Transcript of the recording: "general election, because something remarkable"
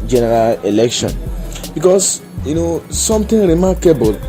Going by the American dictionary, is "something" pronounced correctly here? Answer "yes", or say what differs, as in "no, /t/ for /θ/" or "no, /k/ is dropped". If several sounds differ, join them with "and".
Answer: no, /t/ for /θ/